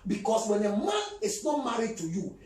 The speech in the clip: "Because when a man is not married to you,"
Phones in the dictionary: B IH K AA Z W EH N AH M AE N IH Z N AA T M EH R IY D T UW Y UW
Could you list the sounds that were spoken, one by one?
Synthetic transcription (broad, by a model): B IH K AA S W EH N AH M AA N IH S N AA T M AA R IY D T UW Y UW